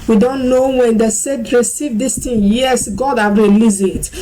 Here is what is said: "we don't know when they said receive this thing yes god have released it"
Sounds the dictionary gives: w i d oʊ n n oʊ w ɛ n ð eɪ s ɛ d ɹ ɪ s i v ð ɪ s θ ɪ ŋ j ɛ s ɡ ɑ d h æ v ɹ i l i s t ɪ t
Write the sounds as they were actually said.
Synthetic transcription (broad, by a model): w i d oʊ n n oʊ w ɛ n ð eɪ s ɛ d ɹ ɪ s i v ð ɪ s t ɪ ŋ j ɛ s ɡ ɑ d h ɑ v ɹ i l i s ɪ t